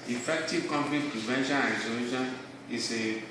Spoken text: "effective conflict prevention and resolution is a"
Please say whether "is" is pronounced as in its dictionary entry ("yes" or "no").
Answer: no